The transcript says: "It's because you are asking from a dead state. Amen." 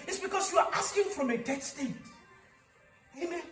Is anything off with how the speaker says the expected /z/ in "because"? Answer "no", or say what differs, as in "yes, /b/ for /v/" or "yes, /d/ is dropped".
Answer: yes, /s/ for /z/